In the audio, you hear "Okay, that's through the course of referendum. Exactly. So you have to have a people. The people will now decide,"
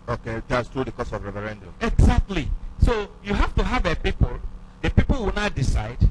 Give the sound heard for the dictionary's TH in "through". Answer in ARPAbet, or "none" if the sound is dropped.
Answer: T